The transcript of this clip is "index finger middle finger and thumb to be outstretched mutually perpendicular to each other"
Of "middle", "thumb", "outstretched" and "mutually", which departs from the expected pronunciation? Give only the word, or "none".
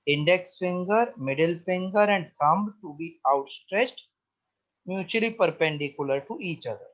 thumb